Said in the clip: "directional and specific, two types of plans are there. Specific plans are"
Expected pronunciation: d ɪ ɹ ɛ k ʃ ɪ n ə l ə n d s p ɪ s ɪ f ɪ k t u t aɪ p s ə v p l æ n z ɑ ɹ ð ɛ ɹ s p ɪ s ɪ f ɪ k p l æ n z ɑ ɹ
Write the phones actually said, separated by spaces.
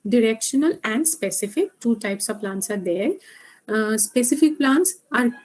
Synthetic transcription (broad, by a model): d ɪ ɹ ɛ k ʃ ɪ n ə l ə n d s p ɪ s ɪ f ɪ k t u t aɪ p s ə v p l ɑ n s ɑ ɹ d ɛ ɹ s p ɪ s ɪ f ɪ k p l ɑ n s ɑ ɹ